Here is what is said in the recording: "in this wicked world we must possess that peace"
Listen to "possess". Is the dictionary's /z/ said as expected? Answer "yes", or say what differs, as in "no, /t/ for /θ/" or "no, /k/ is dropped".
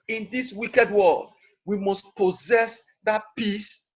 yes